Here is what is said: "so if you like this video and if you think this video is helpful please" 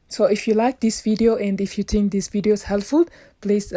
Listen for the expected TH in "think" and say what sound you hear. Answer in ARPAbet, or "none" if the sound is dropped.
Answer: T